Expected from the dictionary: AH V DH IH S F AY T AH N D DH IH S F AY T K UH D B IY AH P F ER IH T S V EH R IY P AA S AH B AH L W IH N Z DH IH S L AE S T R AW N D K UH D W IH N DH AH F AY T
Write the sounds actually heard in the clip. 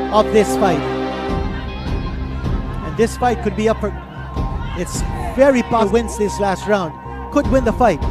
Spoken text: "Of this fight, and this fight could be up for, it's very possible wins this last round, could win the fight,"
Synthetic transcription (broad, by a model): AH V DH IH S F AY T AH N DH IH S F AY T K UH D B IY AH P F ER IH T S V EH R IY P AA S W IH N S DH IH S L AE S T R AW N D K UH D W IH N DH AH F AY T